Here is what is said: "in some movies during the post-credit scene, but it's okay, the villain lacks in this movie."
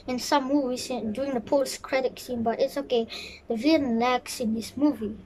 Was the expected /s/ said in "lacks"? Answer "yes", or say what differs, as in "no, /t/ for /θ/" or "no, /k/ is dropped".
yes